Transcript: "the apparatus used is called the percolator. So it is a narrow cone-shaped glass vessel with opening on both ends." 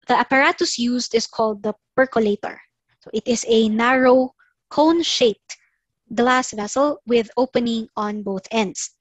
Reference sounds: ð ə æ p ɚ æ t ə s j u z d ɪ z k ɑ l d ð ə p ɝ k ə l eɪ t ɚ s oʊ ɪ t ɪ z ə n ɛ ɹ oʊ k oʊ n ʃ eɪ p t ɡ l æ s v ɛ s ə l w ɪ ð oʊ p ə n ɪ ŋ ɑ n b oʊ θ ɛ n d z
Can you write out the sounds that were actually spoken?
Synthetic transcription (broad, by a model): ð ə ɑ p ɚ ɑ t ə s j u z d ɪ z k ɑ l d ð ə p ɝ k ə l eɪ t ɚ s oʊ ɪ t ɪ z ə n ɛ ɹ oʊ k oʊ n ʃ eɪ p t ɡ l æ s v ɛ s ə l w ɪ ð oʊ p ə n ɪ ŋ ɑ n b oʊ θ ɛ n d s